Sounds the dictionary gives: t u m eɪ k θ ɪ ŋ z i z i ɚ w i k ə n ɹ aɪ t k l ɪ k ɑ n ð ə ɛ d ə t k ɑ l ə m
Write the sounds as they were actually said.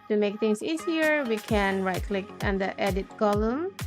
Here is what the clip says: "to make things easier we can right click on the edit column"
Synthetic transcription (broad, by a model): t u m eɪ k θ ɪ ŋ s i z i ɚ w i k ə n ɹ aɪ t k l ɪ k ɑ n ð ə ɛ d ə t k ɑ l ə m